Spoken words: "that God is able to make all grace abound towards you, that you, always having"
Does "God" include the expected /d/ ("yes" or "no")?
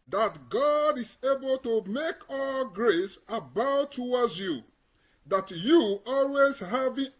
yes